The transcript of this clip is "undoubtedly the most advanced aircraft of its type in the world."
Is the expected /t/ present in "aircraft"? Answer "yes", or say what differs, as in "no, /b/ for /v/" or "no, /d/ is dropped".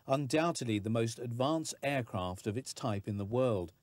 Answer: yes